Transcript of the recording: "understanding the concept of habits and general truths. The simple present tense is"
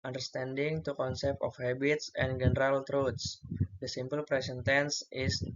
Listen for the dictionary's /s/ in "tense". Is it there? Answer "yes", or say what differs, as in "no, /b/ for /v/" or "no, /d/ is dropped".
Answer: yes